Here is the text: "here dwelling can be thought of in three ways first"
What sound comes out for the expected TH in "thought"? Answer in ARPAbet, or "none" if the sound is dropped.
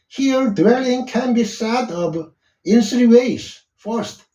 S